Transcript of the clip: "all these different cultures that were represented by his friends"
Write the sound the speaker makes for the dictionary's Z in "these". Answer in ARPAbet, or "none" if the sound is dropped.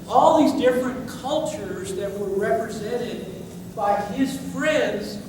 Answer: Z